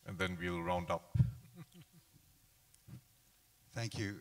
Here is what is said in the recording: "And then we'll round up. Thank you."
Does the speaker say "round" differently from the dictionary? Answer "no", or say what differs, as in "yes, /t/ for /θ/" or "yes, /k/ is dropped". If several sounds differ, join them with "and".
no